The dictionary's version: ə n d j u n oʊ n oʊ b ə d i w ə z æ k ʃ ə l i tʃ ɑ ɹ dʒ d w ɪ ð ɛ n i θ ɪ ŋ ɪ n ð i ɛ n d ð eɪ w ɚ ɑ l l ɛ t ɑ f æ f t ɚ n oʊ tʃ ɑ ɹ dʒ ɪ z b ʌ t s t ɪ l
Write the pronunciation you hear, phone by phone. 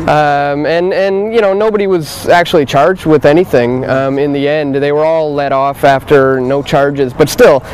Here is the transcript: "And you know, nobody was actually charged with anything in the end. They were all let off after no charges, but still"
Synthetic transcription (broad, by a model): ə n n j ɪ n oʊ n oʊ b ə d i w ə z æ k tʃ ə l i tʃ ɑ ɹ dʒ d w ɪ ð ɛ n i θ ɪ ŋ ɪ n ð i ɛ n d ð eɪ w ɚ ɑ l l ɛ t ɑ f æ f t ɚ n oʊ tʃ ɑ ɹ dʒ ɪ z b ʌ t s t ɪ l